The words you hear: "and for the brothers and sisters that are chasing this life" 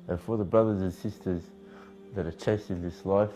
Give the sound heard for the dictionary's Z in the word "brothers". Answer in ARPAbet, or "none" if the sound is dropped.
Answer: Z